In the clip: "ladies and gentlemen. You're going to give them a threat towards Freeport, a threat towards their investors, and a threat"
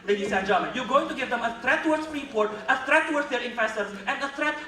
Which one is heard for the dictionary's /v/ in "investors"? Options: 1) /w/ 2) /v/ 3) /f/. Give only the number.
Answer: 3